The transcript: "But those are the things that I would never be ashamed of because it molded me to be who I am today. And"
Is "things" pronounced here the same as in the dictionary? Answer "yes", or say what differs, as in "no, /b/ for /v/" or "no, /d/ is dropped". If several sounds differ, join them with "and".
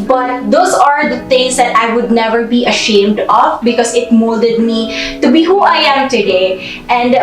no, /t/ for /θ/